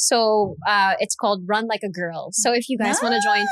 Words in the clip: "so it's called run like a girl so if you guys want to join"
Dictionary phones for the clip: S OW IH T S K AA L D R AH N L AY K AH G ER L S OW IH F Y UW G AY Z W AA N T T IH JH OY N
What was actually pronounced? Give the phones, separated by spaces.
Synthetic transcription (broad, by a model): S OW IH T S K AA L D R AH N L AY K AH G ER L S OW IH F Y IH G AY Z W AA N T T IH JH OY N